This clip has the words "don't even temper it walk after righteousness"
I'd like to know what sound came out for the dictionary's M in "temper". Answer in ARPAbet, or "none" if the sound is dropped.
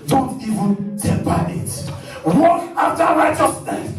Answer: none